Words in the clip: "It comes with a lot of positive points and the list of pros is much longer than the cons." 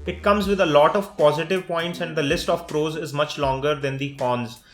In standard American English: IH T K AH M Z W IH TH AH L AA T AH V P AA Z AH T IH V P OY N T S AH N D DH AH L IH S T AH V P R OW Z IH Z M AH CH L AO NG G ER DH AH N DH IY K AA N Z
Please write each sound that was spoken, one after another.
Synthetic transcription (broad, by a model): IH T K AH M Z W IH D AH L AA T AH V P AA Z AH T IH V P OY N T S AH N D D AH L IH S T AH V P R OW Z IH Z M AH CH L AO NG G ER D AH N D IY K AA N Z